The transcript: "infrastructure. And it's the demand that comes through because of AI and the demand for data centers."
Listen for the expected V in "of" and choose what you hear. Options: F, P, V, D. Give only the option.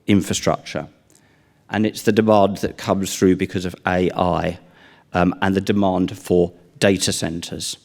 V